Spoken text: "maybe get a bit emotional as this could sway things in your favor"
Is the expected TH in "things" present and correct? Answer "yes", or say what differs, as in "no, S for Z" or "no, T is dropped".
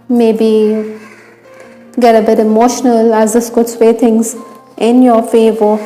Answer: no, T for TH